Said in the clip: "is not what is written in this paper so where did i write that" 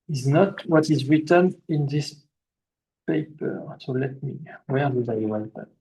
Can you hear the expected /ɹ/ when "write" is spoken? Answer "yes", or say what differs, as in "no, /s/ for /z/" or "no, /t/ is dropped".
no, /w/ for /ɹ/